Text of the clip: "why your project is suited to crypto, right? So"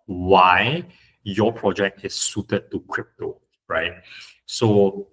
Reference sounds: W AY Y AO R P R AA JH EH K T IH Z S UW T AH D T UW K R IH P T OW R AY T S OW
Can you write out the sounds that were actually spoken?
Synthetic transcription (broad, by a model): W AY Y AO P R AA JH EH K T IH S UW T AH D T UW K R IH P T OW R AY T S OW